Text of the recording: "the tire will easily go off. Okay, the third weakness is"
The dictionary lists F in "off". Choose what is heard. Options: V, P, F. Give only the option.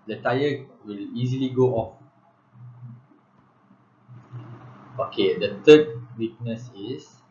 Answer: F